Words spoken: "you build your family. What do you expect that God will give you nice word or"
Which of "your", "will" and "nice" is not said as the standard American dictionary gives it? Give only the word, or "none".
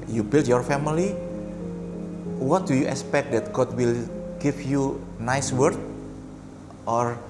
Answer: none